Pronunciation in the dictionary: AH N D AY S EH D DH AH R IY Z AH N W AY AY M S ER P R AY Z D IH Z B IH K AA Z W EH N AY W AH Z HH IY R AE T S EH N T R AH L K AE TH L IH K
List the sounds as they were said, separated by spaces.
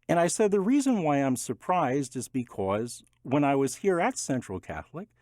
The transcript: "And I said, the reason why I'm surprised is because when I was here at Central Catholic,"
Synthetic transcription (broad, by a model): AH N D AY S EH D DH AH R IY Z AH N W AY AY M S ER P R AY Z D IH Z B IH K AA Z W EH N AY W AH Z HH IY R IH T S EH N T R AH L K AE TH L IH K